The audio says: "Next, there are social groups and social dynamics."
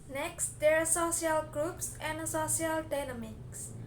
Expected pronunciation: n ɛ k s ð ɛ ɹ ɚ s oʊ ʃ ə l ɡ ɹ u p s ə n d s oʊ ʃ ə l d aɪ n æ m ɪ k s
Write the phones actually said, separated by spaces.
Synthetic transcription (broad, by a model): n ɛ k s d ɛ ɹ s oʊ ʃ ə l ɡ ɹ u p s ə n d s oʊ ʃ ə l d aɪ n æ m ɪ k s